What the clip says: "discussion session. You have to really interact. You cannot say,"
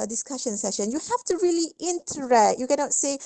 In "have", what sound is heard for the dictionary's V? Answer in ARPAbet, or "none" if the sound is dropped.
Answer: F